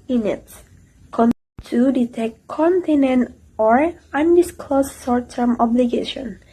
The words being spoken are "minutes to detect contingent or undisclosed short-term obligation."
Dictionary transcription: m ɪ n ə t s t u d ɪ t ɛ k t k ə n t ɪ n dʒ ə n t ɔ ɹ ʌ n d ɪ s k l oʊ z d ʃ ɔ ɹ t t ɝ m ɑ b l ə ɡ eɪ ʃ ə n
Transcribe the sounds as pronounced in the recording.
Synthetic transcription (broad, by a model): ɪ n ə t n t u d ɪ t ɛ k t k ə n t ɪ n ə n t ɔ ɹ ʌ n d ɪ s k l oʊ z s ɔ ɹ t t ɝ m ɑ b l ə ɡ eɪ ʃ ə n